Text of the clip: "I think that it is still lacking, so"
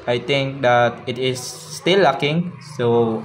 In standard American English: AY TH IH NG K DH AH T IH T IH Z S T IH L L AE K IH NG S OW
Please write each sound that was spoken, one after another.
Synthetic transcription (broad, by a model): AY T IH NG K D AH T IH T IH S T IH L L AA K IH NG S OW